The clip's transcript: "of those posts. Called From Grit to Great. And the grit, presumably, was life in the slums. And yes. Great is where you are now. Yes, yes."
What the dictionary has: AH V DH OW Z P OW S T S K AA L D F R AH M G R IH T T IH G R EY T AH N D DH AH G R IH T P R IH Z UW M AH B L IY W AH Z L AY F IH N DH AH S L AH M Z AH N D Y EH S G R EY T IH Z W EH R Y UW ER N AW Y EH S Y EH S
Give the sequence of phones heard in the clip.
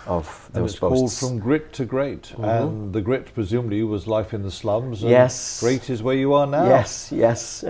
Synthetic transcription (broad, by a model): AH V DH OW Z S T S K AA L D F R AH M G R IH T T IH G R EY T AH N DH AH G R IH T P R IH Z UW M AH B L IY W AH Z L AY F IH N DH AH S L AH M Z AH Y EH S G R EY T IH Z W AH R Y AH ER N AW Y EH S Y EH S